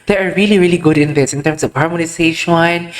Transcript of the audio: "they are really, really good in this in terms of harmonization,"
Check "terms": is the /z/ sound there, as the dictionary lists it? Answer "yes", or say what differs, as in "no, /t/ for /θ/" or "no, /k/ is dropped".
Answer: no, /s/ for /z/